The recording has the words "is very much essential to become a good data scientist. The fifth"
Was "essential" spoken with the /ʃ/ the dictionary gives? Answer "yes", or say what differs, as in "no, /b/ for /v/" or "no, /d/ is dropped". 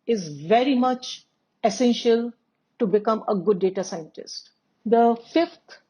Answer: yes